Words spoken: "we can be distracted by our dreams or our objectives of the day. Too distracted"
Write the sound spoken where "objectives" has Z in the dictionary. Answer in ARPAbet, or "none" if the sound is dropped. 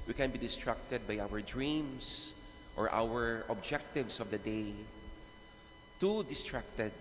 S